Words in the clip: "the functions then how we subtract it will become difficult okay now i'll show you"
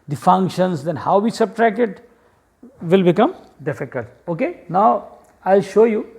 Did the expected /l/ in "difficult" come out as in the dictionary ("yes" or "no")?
no